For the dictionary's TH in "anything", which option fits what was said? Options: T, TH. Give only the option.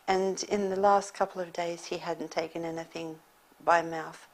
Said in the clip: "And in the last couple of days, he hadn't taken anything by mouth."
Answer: TH